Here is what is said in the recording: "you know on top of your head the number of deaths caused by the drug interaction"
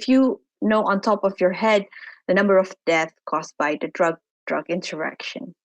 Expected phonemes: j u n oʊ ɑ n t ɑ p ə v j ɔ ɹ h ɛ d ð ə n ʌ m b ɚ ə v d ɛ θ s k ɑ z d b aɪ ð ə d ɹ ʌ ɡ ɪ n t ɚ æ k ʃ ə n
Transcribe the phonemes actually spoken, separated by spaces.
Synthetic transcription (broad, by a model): j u n oʊ ɑ n t ɑ p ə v j ɔ ɹ h ɛ d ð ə n ʌ m b ɚ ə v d ɛ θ k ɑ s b aɪ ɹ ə d ɹ ʌ ɡ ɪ n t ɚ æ k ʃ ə n